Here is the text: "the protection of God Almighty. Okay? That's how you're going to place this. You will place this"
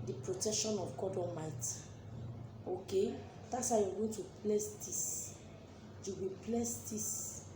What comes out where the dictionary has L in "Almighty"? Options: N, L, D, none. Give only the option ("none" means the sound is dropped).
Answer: none